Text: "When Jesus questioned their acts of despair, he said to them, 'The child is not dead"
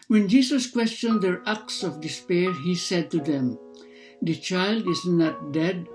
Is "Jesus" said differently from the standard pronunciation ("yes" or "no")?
yes